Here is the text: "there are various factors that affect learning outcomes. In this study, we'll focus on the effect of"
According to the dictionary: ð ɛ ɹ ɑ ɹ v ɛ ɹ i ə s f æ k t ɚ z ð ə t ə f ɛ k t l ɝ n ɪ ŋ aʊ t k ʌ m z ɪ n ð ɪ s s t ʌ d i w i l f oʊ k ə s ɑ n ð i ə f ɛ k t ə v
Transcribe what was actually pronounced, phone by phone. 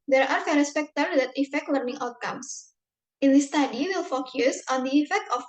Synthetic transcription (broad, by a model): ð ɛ ɹ ɑ ɹ f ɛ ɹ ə s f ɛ k t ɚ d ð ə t ə f ɛ k t l ɝ n ɪ ŋ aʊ t k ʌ m s ɪ n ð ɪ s s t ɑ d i w i l f oʊ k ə s ɑ n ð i ə f ɛ k t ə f